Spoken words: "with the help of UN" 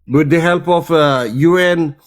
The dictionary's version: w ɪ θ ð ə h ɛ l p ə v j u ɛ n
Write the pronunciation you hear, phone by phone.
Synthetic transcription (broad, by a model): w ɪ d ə h ɛ l p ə f j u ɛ n